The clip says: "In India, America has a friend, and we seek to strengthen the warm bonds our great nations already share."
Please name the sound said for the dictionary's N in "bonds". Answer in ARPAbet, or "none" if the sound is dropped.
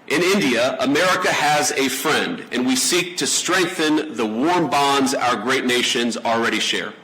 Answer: N